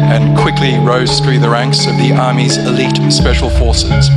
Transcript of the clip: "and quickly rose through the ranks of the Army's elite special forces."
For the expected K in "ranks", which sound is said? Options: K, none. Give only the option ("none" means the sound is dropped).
K